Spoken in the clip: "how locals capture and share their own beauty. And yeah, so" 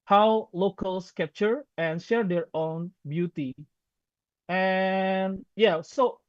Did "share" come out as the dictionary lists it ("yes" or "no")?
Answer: yes